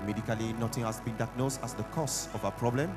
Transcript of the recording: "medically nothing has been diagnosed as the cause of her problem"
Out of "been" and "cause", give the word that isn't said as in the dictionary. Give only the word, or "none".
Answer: cause